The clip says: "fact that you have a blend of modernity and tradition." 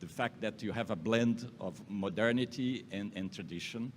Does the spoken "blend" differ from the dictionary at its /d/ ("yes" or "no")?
no